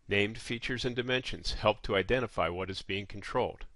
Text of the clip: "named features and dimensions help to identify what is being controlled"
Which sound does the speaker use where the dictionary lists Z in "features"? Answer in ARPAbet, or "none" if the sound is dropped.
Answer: Z